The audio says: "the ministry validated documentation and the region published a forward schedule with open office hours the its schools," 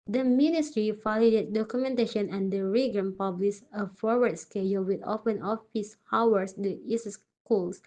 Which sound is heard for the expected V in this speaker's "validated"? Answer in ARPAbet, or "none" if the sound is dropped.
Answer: F